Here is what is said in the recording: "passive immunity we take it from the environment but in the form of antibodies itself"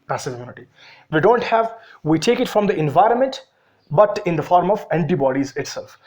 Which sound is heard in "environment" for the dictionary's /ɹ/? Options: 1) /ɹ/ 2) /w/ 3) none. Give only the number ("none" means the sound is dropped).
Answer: 1